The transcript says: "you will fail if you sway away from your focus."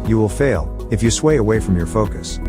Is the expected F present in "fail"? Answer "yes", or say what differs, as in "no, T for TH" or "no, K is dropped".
yes